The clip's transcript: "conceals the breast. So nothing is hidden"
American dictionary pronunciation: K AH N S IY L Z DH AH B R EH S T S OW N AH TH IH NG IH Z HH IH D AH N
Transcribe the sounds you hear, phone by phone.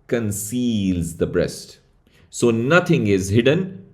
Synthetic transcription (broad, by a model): K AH N S IY L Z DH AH B R EH S T S OW N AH T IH NG IH Z HH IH D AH N